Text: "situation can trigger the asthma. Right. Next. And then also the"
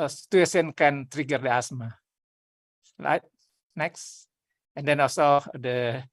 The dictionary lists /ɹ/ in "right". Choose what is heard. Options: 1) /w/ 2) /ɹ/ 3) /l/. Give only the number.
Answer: 3